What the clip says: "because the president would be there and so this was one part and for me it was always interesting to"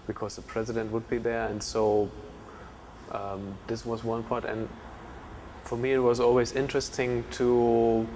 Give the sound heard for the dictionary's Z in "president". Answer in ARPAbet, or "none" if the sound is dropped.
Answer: Z